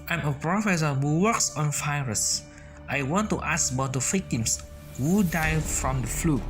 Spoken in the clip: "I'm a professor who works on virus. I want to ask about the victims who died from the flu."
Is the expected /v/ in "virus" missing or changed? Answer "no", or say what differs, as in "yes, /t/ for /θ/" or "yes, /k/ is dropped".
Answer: yes, /f/ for /v/